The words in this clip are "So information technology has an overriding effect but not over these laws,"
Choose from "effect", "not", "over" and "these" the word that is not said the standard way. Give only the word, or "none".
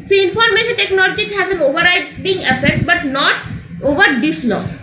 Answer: these